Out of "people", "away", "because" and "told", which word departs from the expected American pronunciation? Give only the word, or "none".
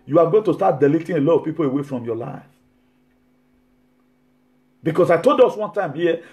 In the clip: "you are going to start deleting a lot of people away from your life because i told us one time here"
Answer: because